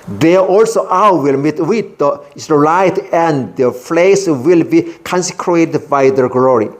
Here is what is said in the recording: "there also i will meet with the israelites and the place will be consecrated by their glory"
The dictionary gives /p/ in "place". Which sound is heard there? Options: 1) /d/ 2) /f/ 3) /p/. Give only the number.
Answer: 2